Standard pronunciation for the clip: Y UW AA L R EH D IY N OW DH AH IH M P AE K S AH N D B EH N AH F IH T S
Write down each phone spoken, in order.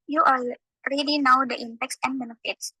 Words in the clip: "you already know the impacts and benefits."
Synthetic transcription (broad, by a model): Y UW AA L R EH D IY N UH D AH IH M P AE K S AH N D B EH N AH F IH T S